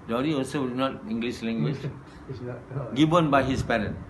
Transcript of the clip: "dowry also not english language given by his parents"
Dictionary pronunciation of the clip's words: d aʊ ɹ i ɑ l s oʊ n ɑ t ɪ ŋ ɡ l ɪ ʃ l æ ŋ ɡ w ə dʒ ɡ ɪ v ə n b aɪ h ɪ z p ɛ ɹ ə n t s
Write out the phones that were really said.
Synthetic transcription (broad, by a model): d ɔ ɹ i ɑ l s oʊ n ɑ t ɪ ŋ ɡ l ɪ s l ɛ ŋ ɡ w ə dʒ ɡ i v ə n b aɪ h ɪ s p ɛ ɹ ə n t